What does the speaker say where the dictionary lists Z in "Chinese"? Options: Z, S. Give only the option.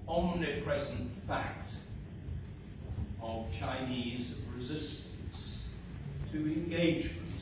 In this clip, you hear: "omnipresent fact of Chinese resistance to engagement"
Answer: Z